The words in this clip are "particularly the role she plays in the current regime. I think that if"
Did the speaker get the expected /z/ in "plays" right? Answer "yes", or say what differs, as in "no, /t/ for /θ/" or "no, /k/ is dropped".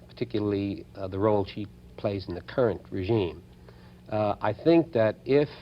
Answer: yes